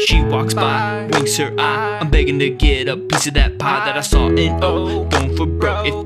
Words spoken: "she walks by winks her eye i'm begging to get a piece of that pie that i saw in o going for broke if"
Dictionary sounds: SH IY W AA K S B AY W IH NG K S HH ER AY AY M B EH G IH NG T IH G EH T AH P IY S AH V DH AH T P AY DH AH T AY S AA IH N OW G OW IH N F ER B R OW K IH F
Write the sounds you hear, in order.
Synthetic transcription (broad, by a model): SH IY W AA K S B AY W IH K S HH ER AY AY M B EH G IH NG T IH G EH T AH P IY S AH V DH AH T P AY DH AH T AY S AA IH N OW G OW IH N F ER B R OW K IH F